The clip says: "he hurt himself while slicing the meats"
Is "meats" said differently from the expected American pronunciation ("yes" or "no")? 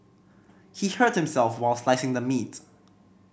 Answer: yes